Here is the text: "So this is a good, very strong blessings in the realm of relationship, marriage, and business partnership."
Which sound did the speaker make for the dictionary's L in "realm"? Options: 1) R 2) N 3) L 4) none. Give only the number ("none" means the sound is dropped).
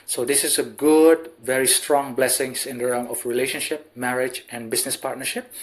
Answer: 4